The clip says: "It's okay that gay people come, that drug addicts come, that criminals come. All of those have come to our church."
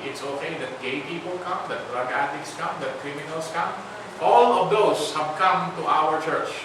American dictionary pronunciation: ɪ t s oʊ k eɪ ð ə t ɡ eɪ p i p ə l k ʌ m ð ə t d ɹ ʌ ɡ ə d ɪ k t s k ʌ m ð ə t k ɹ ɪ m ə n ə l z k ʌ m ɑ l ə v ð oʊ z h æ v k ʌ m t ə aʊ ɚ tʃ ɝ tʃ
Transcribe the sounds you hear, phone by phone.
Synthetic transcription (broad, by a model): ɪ t s oʊ k eɪ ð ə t ɡ eɪ p i p ə l k ʌ m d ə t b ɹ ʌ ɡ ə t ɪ k s k ʌ m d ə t k ɹ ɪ m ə n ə l s k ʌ m ɑ l ə v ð oʊ s h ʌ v k ʌ m t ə aʊ ɚ tʃ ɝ tʃ